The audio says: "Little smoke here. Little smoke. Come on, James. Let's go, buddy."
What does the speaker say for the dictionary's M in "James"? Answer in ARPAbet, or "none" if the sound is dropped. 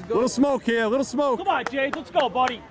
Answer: none